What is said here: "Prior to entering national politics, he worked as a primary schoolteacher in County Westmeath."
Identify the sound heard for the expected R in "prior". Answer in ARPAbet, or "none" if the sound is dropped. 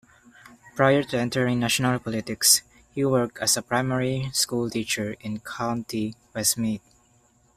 R